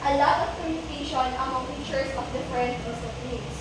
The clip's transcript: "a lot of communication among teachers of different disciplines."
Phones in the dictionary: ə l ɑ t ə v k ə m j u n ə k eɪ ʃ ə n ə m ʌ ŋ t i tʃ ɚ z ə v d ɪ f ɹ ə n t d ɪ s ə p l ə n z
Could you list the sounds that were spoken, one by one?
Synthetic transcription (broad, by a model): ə l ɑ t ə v k ə m j u n ə k eɪ ʃ ə n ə m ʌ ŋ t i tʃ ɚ s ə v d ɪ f ɹ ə n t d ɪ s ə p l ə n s